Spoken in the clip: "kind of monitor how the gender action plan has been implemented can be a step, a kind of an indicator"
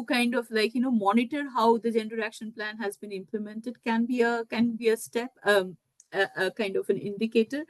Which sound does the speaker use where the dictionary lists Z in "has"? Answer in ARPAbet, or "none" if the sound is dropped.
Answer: Z